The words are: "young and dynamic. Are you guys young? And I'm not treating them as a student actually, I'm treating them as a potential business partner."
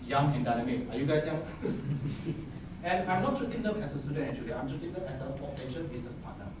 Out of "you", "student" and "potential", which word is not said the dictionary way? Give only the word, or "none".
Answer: potential